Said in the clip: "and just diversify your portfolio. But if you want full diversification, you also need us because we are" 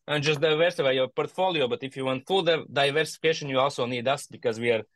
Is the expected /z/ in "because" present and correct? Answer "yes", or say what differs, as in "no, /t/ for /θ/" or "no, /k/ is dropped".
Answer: yes